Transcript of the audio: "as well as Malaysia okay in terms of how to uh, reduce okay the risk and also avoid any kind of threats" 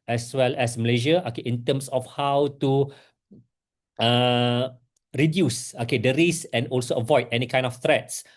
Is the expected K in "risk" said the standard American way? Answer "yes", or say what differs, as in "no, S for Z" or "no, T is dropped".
no, K is dropped